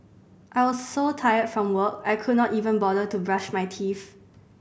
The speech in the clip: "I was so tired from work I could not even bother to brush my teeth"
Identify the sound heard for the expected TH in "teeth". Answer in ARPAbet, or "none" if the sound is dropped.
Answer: F